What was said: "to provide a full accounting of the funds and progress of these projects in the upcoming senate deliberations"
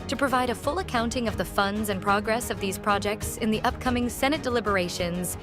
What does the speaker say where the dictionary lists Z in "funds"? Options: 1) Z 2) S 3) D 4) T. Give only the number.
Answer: 1